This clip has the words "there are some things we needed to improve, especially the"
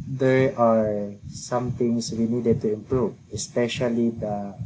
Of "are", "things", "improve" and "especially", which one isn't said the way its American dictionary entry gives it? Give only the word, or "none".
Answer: things